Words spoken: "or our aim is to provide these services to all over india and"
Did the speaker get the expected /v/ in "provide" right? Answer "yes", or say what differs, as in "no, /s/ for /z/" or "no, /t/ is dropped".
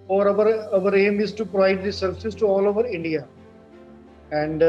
yes